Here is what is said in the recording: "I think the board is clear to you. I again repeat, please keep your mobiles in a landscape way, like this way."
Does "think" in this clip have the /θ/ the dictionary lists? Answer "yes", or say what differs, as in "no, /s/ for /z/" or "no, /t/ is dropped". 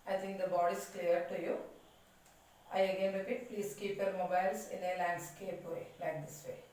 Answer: no, /t/ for /θ/